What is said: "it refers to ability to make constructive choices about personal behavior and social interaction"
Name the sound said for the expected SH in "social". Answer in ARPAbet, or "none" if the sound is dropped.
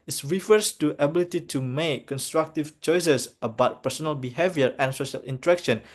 SH